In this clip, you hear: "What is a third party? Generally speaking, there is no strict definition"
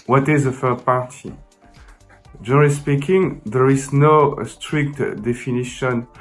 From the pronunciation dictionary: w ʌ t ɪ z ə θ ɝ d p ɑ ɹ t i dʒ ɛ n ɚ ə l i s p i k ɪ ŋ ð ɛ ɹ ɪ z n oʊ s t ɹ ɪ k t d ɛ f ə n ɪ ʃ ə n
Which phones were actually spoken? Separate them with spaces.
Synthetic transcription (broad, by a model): w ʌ t ɪ z ə f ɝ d p ɑ ɹ t i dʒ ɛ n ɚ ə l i s p i k ɪ ŋ ð ɛ ɹ ɪ z n oʊ s t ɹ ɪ k t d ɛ f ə n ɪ ʃ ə n